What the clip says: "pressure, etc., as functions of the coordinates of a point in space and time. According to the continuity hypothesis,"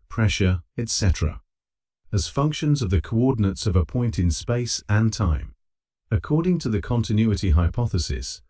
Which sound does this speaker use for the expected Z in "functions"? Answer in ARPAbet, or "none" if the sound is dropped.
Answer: Z